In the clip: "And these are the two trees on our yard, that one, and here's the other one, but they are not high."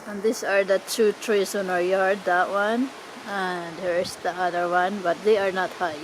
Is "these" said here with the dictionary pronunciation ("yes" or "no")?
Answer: no